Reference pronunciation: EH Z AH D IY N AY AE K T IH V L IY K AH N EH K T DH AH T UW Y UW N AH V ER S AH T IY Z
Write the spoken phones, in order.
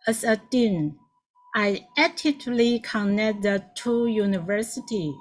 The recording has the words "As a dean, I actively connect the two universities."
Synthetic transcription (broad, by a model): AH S AH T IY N AY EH T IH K L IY K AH N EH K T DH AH T UW Y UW N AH V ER S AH T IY